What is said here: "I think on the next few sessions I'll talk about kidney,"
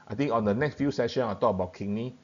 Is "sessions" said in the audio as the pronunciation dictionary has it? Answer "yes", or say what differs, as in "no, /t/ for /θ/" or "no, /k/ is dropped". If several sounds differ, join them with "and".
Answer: no, /z/ is dropped